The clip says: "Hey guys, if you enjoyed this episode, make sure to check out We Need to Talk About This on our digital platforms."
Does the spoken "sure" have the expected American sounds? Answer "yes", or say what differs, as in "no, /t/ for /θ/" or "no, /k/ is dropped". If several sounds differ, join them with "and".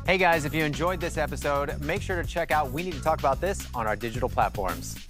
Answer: yes